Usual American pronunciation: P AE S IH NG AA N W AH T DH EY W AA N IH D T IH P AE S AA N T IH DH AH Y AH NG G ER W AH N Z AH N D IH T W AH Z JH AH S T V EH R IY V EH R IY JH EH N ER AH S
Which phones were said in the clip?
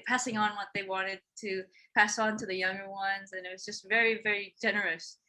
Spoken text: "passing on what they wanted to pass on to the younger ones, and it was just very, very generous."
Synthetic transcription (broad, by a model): P AE S IH NG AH N W AH T DH EY W AA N IH D T IH P AE S N T IH DH AH Y AH NG G ER W AH N Z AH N IH T W AH Z JH AH S T V EH R IY V EH R IY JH EH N ER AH S